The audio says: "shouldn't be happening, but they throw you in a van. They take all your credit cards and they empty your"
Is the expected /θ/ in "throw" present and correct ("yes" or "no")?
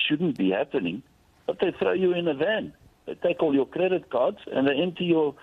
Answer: yes